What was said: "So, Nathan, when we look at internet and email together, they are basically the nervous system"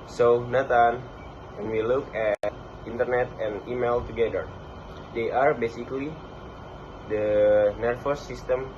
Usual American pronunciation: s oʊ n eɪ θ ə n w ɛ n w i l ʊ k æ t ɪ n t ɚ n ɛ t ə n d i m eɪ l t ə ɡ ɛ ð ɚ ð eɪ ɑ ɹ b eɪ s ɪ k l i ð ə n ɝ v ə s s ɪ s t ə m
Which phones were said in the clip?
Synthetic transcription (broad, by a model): s oʊ n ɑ t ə n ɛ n w i l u k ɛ t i n t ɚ n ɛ t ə n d i m eɪ l t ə ɡ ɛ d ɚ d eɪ ɑ ɹ b eɪ s ɪ k l i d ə n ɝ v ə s s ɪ s t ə m